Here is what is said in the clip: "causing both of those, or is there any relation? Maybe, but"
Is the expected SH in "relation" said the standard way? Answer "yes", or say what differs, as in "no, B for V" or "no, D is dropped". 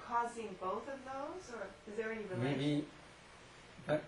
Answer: no, SH is dropped